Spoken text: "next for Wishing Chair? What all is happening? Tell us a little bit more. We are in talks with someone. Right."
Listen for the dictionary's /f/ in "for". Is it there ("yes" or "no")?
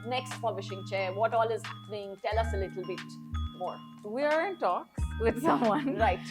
no